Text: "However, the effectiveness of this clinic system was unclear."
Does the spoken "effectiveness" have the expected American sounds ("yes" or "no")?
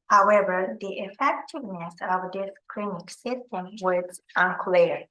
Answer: yes